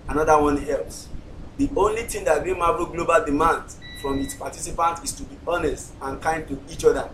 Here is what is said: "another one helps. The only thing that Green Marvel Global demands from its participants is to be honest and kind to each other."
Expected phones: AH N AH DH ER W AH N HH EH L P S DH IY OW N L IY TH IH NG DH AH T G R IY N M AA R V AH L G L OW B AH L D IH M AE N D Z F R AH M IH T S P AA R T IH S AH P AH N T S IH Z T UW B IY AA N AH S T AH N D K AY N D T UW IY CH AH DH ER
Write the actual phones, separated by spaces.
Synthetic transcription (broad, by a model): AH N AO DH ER W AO N EH L S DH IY OW N L IY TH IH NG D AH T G IY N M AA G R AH G L OW B AH L D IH M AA N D F R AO M IH T S P AA T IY S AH P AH N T IH S T UW B IY AA N AH S T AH N K AY N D T UW IY CH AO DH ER